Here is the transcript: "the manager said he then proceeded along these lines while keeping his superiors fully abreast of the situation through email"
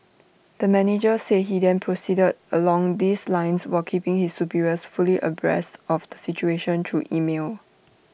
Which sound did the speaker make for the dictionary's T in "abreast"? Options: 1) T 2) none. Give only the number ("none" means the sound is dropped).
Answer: 1